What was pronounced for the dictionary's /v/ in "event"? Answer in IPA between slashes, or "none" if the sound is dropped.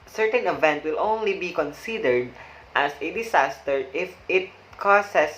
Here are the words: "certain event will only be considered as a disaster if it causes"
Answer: /v/